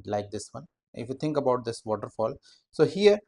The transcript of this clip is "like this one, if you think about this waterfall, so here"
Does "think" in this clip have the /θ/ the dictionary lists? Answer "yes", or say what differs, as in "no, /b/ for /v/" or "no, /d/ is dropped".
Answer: no, /t/ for /θ/